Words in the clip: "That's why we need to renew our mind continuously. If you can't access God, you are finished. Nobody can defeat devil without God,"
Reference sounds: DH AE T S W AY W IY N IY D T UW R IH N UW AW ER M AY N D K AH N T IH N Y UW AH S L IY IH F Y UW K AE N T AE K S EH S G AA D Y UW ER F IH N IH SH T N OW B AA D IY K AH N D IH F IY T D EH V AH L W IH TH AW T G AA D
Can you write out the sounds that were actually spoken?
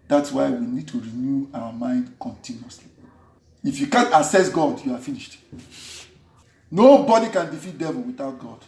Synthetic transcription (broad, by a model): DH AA T S W AY W IY N IY D T UW R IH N UW AW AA M AY N D K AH N T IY N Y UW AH S L IY IH F Y UW K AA N T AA S EH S G AA D Y UW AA F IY N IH SH T N OW B AA D IY K AH N D IH F IY T D EH V AH L W IH TH AW T G AA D